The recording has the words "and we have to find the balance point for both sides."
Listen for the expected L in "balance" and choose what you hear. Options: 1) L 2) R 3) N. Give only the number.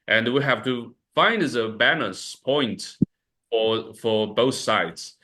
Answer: 3